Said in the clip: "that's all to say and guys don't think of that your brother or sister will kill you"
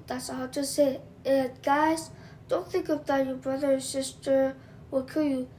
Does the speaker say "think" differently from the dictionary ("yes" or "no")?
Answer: no